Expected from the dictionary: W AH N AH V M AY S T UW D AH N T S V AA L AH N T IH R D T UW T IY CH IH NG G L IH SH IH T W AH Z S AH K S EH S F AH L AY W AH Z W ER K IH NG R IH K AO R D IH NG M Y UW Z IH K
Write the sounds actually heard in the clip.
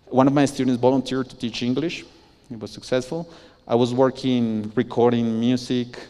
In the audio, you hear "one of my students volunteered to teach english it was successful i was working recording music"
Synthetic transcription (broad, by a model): W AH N AH V M AY S T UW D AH N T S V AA L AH N T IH R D T UW T IY CH IH NG G L IH SH IH T W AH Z S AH K S EH S F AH L AY W AH Z W ER K IH NG R IH K AO R D IH NG M Y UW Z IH K